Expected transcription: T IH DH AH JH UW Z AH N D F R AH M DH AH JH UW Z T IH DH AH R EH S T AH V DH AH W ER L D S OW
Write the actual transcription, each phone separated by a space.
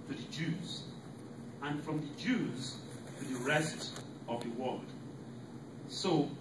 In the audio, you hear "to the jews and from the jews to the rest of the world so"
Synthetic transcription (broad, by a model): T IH DH AH JH UW Z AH N F R AH M DH AH JH UW Z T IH DH AH R EH S T AH V DH AH W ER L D S OW